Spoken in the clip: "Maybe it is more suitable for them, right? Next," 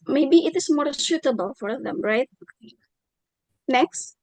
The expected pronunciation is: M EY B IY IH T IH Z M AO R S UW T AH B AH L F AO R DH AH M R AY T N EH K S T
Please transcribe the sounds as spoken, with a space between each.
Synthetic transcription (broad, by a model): M EY B IY IH T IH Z M AO R SH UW T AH B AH L F AO R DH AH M R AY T N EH K S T